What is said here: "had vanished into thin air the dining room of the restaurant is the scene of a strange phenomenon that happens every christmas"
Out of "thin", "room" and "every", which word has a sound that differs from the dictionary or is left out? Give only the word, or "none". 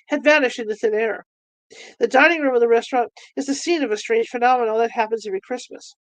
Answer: none